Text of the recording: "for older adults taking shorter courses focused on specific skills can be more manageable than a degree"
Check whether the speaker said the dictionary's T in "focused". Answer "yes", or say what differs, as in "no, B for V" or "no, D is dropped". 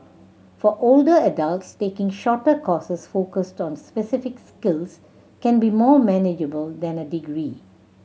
yes